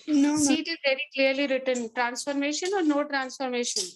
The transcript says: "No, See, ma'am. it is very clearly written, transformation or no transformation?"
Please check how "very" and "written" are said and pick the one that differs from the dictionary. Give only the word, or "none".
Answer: none